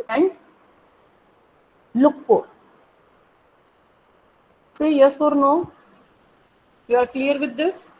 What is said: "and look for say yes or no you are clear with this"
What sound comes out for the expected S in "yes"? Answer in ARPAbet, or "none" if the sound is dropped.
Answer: S